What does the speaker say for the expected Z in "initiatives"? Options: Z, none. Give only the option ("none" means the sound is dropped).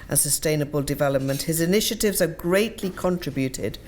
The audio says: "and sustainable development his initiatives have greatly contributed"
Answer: Z